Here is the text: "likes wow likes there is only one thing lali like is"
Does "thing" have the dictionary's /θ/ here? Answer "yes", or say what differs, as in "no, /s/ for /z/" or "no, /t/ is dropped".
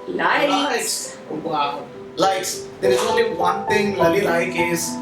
no, /t/ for /θ/